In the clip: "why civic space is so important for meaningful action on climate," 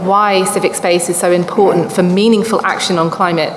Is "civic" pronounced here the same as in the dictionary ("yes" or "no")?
yes